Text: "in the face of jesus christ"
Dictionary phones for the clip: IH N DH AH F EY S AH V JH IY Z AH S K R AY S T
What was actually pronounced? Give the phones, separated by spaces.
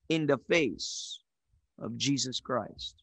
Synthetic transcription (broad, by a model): IH N DH AH F EY S AH V JH IY Z AH S K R AY S T